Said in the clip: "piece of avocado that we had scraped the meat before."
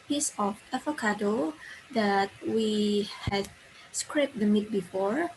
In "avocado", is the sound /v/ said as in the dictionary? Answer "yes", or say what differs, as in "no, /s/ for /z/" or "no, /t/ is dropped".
no, /f/ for /v/